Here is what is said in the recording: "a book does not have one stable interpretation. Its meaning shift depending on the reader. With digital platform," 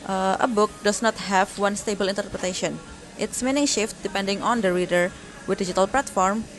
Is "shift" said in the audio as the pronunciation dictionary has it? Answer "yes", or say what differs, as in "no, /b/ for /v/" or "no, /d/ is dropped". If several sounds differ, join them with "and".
yes